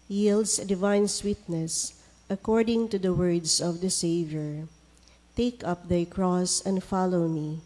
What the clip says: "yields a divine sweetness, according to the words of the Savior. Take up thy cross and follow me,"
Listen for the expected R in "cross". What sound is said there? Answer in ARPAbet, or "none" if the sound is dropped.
R